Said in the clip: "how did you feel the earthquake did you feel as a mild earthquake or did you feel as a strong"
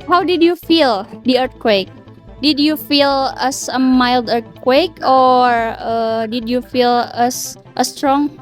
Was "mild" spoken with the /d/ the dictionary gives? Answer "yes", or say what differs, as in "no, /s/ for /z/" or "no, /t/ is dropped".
yes